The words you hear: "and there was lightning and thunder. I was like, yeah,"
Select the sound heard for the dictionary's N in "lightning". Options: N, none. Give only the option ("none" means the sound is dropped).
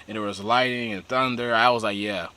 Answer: none